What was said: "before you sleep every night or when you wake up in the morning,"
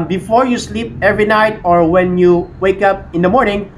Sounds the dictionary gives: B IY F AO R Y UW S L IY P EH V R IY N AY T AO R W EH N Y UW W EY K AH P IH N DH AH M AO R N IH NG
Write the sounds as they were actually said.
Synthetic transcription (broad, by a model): B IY F AO R Y UW S L IY P EH V R IY N AY T AO R W EH N Y UW W EY K AH P IH N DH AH M AO R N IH NG